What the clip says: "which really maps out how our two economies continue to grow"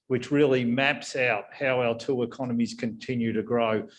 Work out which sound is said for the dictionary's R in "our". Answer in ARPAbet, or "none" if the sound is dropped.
L